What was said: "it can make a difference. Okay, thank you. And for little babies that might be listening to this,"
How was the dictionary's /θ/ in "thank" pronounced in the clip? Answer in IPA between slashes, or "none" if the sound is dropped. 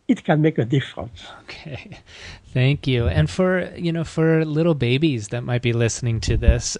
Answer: /θ/